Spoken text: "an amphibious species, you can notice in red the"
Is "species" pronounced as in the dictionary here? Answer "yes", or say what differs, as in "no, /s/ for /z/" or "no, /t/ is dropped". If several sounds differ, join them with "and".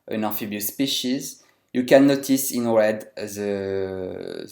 yes